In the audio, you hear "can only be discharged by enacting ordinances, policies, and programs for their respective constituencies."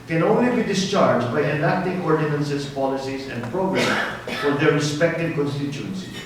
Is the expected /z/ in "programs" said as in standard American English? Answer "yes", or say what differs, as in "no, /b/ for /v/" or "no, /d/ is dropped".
no, /z/ is dropped